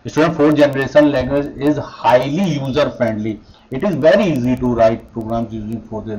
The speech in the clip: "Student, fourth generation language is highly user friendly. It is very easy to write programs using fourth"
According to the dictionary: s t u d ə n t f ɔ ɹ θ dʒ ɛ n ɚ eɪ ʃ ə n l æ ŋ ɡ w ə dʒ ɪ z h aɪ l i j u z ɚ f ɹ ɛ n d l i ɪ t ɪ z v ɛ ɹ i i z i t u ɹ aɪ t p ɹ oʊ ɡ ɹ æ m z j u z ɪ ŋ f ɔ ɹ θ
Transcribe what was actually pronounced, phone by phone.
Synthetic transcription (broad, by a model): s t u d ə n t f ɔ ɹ dʒ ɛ n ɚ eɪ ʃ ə n l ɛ ɡ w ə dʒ ɪ z h aɪ l i j u z ɚ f ɹ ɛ n d l i ɪ t ɪ z v ɛ ɹ i i z i t u ɹ aɪ t p ɹ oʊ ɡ ɹ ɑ m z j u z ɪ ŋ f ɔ ɹ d